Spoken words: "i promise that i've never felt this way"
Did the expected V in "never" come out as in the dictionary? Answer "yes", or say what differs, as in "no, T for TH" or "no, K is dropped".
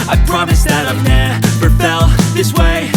no, P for V